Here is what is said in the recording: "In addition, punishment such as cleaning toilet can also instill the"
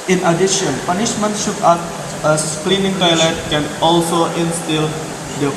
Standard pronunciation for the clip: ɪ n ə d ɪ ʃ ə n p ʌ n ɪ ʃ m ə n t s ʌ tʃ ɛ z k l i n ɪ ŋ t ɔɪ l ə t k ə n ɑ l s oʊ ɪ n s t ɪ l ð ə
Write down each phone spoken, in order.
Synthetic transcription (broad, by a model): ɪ n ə d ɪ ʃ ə n p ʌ n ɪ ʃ m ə n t ʃ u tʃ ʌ s k l i n ɪ ŋ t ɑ l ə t k ə n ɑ l s oʊ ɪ n s t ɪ l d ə